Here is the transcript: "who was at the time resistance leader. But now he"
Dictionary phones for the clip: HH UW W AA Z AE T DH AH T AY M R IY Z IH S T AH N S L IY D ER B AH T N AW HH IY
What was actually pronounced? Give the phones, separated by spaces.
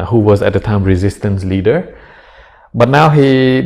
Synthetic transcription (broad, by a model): HH UW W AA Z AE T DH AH T AY M R IY Z IH S T AH N S L IY D ER B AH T N AW HH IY